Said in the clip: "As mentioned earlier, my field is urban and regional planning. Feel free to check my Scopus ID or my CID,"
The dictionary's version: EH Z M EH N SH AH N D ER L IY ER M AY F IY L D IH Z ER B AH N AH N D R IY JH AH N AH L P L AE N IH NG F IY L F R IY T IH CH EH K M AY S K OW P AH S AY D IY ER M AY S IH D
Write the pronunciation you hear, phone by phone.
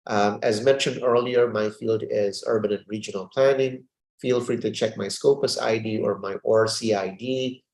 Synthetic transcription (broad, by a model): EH Z M EH N SH AH N D ER L IY ER M AY F IY L D IH Z ER B AH N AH N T R IY JH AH N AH L P L AE N IH NG F IY L F R IY T IH CH EH K M AY S K OW P AH S AY D IY ER M AY S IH D